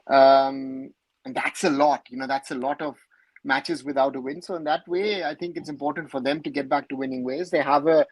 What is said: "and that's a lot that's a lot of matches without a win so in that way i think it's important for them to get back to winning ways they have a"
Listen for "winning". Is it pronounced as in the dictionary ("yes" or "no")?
yes